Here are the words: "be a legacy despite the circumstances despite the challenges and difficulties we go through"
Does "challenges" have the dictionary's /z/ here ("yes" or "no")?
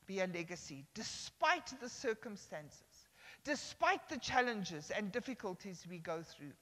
yes